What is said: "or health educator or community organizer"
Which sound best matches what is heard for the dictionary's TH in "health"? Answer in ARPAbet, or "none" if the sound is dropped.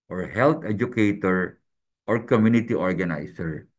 T